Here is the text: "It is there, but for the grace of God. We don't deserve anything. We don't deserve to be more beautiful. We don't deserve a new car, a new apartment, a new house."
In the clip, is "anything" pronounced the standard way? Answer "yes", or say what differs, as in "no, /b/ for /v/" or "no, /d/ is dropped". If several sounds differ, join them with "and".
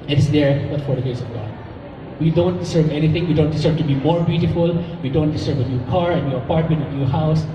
no, /t/ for /θ/